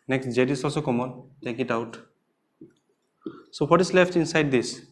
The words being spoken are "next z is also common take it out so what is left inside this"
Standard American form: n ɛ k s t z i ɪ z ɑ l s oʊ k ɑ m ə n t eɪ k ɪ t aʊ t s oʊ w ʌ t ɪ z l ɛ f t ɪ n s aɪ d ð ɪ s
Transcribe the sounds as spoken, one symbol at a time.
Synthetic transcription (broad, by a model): n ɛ k s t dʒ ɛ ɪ s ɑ s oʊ k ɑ m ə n t eɪ k ɪ t aʊ t s oʊ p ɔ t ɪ s l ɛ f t ɪ n s aɪ d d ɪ s